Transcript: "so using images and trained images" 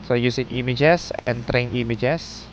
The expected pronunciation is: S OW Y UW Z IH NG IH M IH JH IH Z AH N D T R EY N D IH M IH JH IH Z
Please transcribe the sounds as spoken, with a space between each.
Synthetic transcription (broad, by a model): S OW Y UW S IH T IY M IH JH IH S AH N T R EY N IY M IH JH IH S